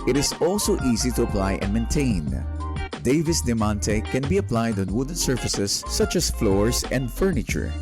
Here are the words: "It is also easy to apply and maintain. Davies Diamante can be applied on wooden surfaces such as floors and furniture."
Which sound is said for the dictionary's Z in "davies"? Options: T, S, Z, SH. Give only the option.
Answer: S